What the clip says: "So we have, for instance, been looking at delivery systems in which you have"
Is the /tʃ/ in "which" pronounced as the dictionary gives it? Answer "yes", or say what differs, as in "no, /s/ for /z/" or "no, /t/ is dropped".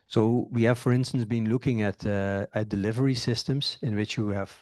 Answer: yes